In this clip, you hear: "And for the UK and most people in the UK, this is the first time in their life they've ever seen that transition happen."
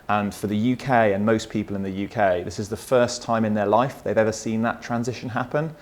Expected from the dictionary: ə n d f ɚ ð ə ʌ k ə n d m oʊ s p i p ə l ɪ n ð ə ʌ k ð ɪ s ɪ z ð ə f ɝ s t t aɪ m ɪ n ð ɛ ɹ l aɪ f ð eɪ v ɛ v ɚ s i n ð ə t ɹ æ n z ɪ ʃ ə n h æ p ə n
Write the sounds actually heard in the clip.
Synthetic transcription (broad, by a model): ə n f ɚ ð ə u k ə n m oʊ s p i p ə l ɪ n ð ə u k ð ɪ s ɪ z ð ə f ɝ s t t aɪ m ɪ n ð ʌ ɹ l aɪ f ð eɪ v ɛ v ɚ s i n ð ə t ɹ æ n z ɪ ʃ ə n h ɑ p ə n